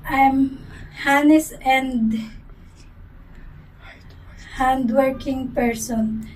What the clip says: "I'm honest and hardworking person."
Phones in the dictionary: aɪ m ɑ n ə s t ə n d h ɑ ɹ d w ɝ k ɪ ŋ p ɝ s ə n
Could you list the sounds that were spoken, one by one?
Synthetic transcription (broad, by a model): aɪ m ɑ n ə s ə n d h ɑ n d w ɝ k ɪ ŋ p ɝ s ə n